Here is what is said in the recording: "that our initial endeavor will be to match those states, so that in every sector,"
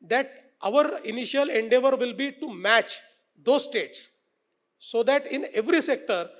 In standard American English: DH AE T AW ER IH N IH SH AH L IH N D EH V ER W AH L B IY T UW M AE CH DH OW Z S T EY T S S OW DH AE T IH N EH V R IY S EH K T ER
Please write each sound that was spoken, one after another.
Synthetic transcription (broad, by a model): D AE T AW ER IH N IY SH AH L IH N D EH V ER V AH L B IY T UW M AE CH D OW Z S T EY T S S OW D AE T IH N EH V R IY S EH K T ER